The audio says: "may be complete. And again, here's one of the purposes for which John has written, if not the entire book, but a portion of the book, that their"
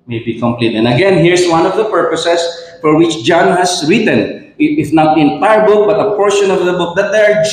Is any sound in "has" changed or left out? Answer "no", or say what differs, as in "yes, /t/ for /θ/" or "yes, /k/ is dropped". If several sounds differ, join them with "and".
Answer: yes, /s/ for /z/